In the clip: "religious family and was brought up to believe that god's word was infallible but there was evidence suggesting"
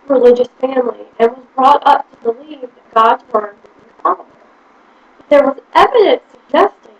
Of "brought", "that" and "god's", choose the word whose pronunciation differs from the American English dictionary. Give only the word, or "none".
none